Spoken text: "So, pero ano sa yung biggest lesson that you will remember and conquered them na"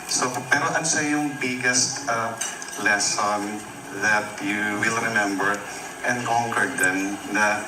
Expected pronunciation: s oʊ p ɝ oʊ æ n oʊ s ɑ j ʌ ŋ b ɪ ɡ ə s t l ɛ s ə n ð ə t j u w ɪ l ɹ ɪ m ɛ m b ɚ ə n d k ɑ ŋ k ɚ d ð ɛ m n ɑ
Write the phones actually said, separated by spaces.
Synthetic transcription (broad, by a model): s oʊ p ɝ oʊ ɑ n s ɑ j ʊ ŋ b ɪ ɡ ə s t l ɛ s ə n ð ə t j u w ɪ l ɹ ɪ m ɛ m b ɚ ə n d k ɑ ŋ k ɚ d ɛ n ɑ